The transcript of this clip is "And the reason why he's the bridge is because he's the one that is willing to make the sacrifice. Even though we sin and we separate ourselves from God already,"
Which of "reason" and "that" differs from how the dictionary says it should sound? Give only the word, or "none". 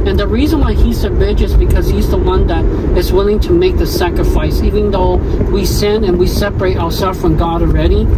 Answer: none